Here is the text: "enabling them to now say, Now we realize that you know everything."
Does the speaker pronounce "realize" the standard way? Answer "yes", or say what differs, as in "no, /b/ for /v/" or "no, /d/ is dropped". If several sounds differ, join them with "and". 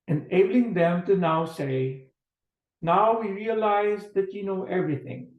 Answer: yes